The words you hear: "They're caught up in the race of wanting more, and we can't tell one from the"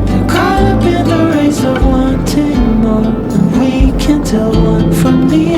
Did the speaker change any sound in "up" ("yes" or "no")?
yes